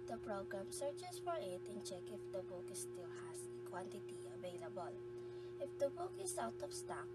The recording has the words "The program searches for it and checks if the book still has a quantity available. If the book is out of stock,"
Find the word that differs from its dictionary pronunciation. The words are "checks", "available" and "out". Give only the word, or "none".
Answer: checks